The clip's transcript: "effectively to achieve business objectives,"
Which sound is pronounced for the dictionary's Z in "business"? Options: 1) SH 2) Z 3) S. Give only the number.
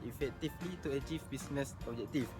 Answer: 3